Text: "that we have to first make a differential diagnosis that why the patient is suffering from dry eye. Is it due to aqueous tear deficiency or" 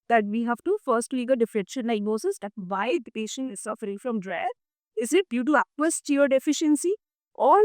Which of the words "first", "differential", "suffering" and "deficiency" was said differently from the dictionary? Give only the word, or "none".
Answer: differential